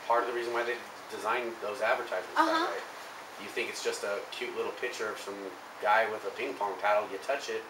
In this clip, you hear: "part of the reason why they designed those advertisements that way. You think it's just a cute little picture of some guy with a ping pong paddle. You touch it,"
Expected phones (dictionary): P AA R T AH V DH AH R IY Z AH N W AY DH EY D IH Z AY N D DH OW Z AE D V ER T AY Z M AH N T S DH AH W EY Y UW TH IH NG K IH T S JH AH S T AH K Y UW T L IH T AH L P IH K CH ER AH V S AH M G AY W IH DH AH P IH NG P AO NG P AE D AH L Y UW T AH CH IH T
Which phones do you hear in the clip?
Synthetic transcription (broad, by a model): P AA R T AH V DH AH R IY Z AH N W AY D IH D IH Z AY N DH OW Z AE D V ER T AY Z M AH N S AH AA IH Y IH TH IH NG K IH T S JH AH S T AH K Y UW T L IH T L P IH K CH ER AH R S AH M G AY W IH DH AH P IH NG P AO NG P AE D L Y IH T AH CH IH T